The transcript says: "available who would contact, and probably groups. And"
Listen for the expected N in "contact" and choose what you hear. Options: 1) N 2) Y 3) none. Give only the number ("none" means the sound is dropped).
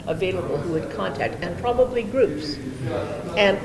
1